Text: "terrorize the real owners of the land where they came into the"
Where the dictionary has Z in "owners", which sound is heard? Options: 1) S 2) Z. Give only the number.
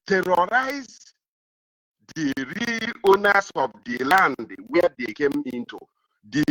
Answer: 1